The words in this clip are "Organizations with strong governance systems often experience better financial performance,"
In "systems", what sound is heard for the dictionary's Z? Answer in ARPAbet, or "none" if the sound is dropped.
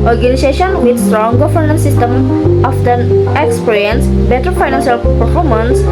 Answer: none